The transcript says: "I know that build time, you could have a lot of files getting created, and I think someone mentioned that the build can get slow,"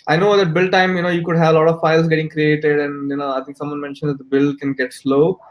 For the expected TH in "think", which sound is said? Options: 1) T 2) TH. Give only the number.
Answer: 1